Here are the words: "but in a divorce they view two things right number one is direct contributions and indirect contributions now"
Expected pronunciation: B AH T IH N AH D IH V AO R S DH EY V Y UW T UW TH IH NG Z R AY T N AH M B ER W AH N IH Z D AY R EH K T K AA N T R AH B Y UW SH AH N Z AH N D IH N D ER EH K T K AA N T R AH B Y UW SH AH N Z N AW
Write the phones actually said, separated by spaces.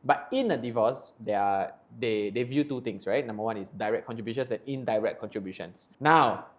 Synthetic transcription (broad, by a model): B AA T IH N AH D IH V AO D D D EY V Y UW T UW T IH NG S R AY T N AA M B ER W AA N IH S D AY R EH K K AA N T R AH B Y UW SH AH N S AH N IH N D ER EH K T K AA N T R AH B Y UW SH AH N S N AW